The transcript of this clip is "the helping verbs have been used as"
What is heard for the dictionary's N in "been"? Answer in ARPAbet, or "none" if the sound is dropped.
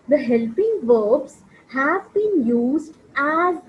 N